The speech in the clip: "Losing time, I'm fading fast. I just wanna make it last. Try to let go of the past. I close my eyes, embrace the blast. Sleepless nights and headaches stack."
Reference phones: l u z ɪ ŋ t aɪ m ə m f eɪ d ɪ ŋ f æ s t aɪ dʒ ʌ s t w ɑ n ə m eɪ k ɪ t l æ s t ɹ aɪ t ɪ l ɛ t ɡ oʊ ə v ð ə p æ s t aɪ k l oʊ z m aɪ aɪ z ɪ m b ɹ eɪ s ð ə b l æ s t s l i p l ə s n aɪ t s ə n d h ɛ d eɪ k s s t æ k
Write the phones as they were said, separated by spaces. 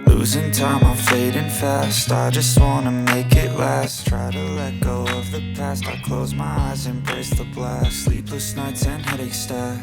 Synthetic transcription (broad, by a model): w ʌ z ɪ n t aɪ m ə f eɪ d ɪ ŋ f æ s t aɪ dʒ ʌ s t w ɑ n ə m eɪ k ɪ t l æ s t ɹ aɪ t ɪ l ɛ t ɡ oʊ ə v ð ə p æ s t aɪ k l oʊ z m aɪ aɪ z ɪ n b ɹ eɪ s ð ə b l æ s s l i p l ə s n aɪ t s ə n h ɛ d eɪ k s s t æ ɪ